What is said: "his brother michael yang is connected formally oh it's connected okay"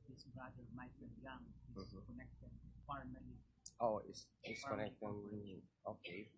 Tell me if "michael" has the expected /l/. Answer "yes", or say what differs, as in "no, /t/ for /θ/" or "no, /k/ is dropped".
no, /n/ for /l/